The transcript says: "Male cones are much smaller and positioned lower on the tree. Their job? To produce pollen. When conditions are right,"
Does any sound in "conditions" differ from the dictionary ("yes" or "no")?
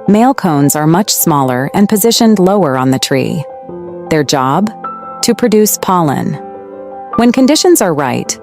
no